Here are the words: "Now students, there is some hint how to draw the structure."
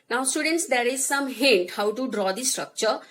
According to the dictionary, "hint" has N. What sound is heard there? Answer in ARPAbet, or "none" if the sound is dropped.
none